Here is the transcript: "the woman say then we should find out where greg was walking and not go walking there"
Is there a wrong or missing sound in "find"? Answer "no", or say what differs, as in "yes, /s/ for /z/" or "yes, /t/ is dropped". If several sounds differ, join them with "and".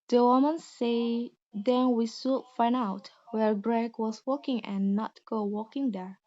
yes, /d/ is dropped